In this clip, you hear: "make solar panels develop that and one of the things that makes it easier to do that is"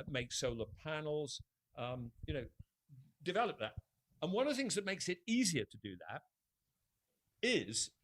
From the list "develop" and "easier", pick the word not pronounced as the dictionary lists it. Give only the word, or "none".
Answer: none